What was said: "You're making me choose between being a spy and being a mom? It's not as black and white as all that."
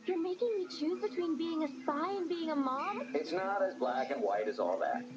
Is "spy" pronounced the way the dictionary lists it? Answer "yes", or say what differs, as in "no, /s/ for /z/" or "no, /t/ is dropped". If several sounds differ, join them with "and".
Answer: no, /p/ is dropped